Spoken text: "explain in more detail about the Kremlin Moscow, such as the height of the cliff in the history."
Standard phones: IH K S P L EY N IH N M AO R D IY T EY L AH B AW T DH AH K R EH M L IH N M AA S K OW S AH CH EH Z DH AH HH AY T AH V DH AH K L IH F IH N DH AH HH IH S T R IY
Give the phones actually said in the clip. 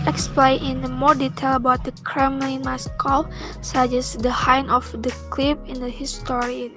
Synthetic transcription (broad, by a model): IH K S P L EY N IH N M AO R D IY T EY L AH B AW T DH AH K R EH M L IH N M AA S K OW S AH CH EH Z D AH HH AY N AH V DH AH K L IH P IH N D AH HH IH S T R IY